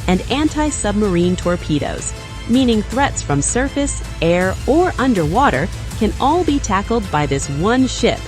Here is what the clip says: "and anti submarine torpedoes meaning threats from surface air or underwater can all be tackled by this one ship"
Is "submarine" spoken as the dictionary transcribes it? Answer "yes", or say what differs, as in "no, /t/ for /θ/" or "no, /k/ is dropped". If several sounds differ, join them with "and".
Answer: yes